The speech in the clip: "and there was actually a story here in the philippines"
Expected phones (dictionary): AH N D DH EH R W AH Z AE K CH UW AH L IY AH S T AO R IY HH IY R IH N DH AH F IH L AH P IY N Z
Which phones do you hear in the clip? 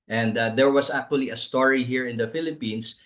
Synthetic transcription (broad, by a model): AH N D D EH R W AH S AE K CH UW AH L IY AH S T AO R IY HH IY R IH N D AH F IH L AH P IY N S